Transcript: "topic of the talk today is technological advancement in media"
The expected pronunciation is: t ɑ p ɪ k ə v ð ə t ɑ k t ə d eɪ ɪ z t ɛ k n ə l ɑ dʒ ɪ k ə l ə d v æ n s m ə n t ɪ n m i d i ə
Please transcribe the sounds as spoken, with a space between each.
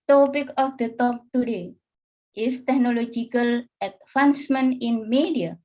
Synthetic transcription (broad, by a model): t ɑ p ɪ k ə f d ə t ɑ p t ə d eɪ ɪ s t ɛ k n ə l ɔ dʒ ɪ k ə l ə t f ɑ n s m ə n ɪ n m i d i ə